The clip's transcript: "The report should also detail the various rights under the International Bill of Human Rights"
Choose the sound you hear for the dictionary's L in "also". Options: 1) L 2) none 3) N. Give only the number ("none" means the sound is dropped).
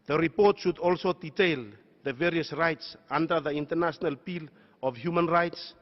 1